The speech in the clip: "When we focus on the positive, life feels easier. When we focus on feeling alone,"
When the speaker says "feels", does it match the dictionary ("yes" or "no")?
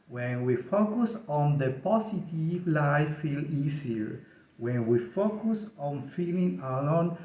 no